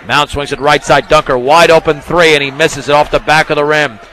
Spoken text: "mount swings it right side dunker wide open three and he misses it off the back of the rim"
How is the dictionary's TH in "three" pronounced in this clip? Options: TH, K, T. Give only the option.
TH